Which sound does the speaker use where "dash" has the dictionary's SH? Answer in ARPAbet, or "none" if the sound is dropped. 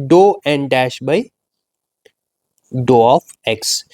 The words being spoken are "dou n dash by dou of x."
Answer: SH